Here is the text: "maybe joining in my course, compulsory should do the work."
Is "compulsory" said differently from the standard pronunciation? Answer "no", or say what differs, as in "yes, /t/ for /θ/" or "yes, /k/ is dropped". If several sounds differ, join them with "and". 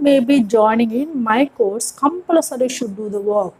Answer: yes, /l/ is dropped